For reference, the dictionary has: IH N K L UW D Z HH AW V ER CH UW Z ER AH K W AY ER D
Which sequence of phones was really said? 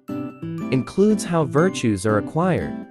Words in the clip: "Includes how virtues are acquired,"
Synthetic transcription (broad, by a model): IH N K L UW D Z HH AW V ER CH UW Z ER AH K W AY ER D